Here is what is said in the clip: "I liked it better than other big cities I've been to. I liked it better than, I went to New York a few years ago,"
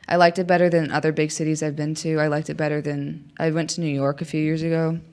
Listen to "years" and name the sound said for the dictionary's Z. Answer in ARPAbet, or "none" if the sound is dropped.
Z